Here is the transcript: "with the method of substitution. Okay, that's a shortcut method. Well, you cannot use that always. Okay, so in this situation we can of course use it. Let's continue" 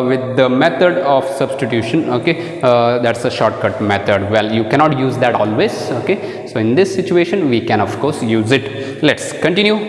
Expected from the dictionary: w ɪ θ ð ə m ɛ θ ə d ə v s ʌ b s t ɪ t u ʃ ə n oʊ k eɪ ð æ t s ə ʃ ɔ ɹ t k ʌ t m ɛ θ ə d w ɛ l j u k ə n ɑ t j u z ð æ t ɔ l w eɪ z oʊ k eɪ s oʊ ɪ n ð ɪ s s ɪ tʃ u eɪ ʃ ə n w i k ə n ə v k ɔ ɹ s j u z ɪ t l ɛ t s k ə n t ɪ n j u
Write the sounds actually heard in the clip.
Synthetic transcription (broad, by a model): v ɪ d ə m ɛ t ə d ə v s ʌ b s t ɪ t u ʃ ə n oʊ k eɪ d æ t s ə ʃ ɔ ɹ t k ʌ t m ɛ t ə d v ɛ l j u k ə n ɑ t j u z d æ t ɔ l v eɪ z oʊ k eɪ s oʊ ɪ n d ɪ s s ɪ tʃ u eɪ ʃ ə n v i k ə n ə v k ɔ ɹ s j u z ɪ t l ɛ t s k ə n t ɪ n j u